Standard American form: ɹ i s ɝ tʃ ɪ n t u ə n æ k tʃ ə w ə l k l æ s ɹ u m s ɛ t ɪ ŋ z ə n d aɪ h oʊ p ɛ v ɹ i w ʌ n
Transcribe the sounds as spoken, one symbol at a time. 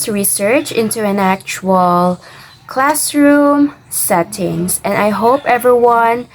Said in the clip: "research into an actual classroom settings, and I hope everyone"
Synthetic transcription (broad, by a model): ɹ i s ɝ tʃ ɪ n t u ə n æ k tʃ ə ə l k l æ s ɹ u m s ɛ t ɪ ŋ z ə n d aɪ h oʊ p ɛ v ɹ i w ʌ n